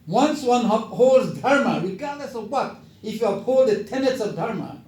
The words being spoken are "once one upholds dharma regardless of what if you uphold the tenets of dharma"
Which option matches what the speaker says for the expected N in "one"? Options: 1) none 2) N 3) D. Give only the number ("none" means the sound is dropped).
2